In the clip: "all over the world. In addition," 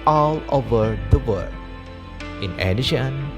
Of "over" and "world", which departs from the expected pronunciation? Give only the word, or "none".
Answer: world